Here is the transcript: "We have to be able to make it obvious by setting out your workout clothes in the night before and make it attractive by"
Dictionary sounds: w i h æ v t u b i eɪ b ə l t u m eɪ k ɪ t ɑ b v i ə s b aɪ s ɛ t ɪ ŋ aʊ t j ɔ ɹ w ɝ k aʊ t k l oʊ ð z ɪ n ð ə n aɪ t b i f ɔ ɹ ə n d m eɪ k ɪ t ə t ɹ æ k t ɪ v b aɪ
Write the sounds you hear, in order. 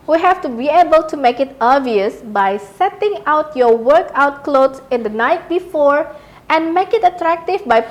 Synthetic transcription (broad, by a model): w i h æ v t u b i eɪ b ə l t u m eɪ k ɪ t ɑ v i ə s b aɪ s ɛ t ɪ ŋ aʊ t j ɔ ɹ w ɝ k aʊ t k l oʊ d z ɪ n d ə n aɪ t b i f ɔ ɹ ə n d m eɪ k ɪ t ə t ɹ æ k t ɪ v b aɪ